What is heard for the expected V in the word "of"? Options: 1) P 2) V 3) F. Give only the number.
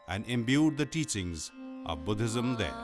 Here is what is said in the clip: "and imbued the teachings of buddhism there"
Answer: 2